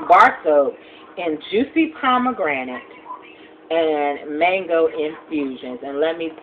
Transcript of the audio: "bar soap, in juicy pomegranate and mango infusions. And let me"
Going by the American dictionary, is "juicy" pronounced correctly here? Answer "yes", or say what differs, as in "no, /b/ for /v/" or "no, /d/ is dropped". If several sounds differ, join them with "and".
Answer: yes